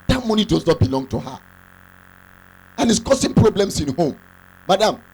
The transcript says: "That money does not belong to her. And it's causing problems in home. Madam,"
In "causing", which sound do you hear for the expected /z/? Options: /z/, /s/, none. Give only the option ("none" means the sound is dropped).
/s/